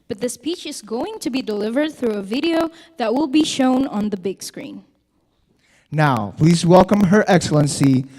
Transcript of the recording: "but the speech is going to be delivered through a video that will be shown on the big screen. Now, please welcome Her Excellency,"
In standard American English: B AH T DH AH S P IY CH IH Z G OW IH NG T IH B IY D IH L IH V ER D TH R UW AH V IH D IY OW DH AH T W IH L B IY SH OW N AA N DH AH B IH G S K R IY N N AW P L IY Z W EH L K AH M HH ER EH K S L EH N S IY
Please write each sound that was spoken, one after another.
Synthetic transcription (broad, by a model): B AH T DH AH S P IY CH IH Z G OW IH NG T IH B IY D IH L IH V ER D TH R UW AH V IH D IY OW DH AH T W IH L B IY SH OW N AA N DH AH B IH G S K R IY N N AW P L IY Z W EH L K AH M HH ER EH K S L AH N S IY